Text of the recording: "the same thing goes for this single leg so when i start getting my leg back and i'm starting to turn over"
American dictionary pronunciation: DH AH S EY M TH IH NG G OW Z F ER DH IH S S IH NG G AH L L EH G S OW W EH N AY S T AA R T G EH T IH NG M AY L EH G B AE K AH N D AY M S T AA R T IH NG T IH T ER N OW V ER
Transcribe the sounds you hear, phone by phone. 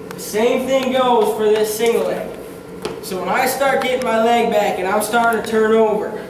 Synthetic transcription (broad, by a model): DH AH S EY M TH IH NG G OW Z F ER DH IH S S IH NG G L L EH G S OW W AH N AY S T AA R T G EH T IH NG M AY L EH G B AE K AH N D AY M S T AA R T IH NG T IH T ER N OW V ER